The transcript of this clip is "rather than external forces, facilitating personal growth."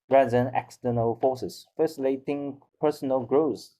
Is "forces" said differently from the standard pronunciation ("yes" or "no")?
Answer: yes